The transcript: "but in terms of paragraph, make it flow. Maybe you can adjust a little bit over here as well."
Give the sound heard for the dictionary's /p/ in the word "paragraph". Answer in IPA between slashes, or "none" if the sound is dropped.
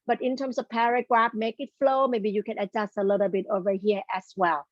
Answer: /p/